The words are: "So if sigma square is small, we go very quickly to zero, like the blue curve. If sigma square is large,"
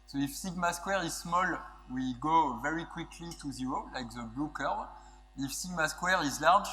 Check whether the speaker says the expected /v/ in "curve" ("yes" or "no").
no